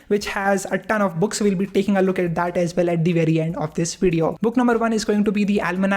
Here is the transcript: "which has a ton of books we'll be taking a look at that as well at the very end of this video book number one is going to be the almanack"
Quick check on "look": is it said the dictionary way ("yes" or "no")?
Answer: yes